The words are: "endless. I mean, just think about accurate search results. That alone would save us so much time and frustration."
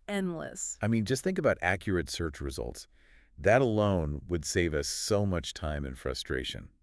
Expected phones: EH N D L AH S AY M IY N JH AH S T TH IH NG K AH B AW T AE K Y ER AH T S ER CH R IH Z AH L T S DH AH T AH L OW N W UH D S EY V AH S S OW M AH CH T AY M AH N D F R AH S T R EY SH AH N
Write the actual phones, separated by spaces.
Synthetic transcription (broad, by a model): EH N D L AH S AY M IY N JH AH S T TH IH NG K AH B AW T AE K Y ER AH T S ER CH R IH Z AH L T S DH AH T AH L OW N W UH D S EY V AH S S OW M AH CH T AY M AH N F R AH S T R EY SH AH N